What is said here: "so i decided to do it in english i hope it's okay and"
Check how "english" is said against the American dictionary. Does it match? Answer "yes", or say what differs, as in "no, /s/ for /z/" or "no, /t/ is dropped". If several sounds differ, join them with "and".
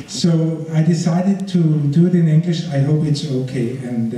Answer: yes